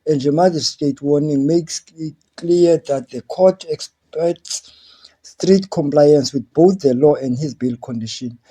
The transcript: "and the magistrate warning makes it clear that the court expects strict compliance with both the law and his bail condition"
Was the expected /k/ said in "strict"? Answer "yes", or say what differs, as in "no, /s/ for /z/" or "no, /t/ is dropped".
no, /k/ is dropped